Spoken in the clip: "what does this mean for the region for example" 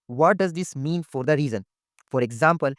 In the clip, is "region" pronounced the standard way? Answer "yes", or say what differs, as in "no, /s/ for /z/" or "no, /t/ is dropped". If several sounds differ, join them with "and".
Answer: no, /z/ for /dʒ/